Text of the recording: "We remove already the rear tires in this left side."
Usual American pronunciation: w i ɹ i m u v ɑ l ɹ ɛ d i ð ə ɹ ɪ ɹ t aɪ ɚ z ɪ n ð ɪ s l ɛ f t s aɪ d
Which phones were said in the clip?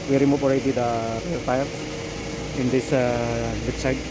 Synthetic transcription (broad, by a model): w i ɹ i m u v ɑ l ɹ ɛ d i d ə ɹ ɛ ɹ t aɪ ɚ ɪ n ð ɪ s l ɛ t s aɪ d